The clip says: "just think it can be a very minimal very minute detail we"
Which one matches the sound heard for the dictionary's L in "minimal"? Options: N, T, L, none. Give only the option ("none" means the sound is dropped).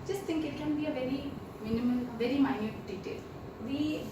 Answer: N